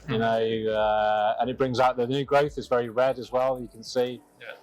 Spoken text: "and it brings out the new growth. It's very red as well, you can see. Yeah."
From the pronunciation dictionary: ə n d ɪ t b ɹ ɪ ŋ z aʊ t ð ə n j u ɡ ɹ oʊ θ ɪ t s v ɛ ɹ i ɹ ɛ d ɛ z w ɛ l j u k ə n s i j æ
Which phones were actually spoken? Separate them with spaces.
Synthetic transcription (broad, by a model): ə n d ɪ t b ɹ ɪ ŋ z aʊ t ð ə n j u ɡ ɹ oʊ θ ɪ t s v ɛ ɹ i ɹ ɛ d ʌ z w ɛ l j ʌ k ə n s i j